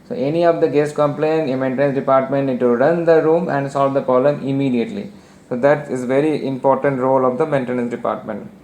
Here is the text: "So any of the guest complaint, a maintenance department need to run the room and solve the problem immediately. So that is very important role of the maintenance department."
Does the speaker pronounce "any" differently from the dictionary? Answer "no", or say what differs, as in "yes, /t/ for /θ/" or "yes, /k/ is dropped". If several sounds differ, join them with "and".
no